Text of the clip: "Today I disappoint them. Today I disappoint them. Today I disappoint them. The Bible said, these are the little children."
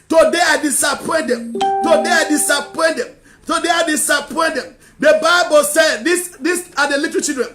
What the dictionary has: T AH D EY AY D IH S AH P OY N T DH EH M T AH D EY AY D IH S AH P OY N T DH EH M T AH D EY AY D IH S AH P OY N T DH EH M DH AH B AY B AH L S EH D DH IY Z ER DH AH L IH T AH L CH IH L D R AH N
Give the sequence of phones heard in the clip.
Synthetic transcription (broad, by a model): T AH D EY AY D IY S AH P OY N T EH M T AH D EY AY D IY S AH P OY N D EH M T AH D EY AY D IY S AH P OY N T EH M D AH B AY B AH L S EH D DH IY S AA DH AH L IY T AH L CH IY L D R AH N